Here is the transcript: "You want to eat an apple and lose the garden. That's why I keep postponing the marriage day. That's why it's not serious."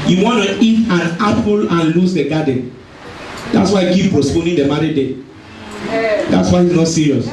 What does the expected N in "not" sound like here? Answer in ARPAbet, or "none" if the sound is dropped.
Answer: N